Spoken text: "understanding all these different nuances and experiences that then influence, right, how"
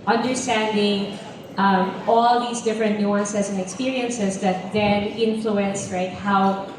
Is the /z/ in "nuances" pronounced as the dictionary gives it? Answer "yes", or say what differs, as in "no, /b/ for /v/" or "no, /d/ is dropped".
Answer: no, /s/ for /z/